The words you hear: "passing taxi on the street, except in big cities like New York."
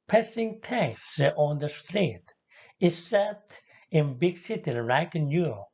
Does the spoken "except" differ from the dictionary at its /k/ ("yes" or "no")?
yes